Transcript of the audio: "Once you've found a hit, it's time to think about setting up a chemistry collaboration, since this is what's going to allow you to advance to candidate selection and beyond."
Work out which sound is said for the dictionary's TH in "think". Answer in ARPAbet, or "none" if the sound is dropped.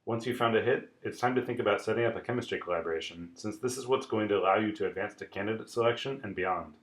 TH